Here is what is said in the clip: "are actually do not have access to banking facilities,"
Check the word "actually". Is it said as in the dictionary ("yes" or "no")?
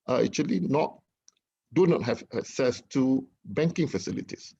no